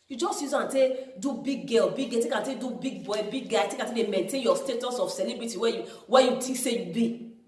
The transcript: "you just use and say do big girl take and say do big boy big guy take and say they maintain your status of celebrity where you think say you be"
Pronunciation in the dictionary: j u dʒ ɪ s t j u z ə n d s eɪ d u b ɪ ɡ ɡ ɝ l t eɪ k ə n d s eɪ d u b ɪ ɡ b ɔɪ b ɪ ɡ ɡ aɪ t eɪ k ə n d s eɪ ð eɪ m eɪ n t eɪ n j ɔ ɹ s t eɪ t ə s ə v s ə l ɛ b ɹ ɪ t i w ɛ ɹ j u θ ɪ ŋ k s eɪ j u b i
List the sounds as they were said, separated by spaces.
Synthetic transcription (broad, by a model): j u dʒ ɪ s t j u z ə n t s eɪ d u b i ɡ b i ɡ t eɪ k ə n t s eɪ d u b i ɡ b ɔɪ b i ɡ ɡ aɪ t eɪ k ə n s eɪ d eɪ m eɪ n t eɪ n j ɔ s t eɪ t ə s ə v s ə l ɛ b ɹ ɪ t i w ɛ w j u t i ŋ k s eɪ j u b i